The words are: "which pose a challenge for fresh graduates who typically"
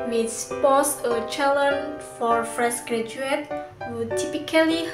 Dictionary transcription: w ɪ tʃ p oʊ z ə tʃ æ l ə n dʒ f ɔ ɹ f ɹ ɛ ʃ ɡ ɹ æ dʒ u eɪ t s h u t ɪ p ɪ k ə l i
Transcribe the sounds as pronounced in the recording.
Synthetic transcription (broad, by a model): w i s p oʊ s ə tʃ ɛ l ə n f ɔ ɹ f ɹ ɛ s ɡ ɹ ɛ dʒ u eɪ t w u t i p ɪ k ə l i